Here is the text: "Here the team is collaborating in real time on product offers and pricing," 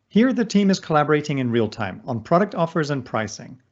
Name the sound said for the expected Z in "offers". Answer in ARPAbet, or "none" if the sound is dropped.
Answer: Z